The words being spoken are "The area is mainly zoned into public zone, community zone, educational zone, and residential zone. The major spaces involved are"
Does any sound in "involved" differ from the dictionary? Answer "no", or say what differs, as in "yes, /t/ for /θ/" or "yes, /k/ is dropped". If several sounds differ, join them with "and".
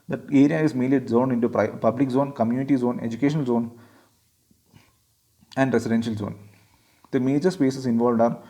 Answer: no